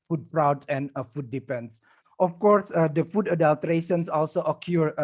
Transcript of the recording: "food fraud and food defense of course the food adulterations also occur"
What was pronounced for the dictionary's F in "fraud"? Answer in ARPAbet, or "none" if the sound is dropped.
P